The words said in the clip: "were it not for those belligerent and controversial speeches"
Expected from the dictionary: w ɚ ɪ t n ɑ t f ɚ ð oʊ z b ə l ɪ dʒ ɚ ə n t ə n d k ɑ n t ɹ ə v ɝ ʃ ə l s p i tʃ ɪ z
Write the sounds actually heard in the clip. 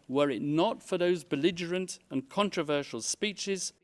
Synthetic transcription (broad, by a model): w ɚ ɪ t n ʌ t f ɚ ð oʊ z b ə l ɪ dʒ ɚ ə n t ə n k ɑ n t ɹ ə v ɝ ʃ ə l s p i tʃ ɪ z